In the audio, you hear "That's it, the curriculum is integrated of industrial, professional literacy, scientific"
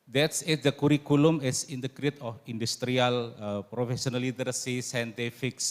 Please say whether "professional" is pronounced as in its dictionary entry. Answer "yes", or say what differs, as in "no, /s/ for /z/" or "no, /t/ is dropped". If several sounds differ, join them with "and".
no, /s/ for /ʃ/